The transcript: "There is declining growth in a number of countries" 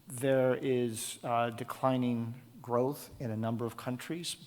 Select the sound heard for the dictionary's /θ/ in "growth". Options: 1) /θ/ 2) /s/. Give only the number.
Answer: 1